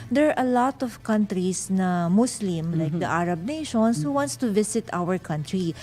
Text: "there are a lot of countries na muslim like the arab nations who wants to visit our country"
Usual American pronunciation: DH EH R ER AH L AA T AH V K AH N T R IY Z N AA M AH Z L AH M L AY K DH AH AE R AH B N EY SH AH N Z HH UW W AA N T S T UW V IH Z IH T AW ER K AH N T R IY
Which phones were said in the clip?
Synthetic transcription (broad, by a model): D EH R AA AH L AA T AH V K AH N T R IY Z N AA M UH S L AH M L AY K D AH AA R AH B N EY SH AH N S HH UW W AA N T S T UW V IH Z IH T AW ER K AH N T R IY